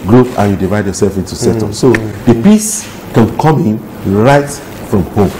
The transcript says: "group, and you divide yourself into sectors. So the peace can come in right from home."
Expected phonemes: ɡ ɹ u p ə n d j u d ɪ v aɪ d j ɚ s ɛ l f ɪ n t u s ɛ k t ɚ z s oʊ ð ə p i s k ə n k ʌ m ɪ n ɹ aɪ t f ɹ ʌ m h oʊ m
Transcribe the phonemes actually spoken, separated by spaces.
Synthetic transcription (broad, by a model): ɡ ɹ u p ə n j u d ɪ v aɪ d j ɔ s ɛ l f ɪ n t u s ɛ t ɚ s oʊ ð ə p i s k ə n k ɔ m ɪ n ɹ aɪ t f ɹ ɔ m h oʊ m